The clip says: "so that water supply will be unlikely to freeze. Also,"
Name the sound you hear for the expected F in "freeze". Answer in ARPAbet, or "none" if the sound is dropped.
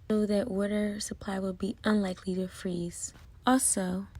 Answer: F